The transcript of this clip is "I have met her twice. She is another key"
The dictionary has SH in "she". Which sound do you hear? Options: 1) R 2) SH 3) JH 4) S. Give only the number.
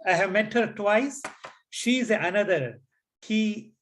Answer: 2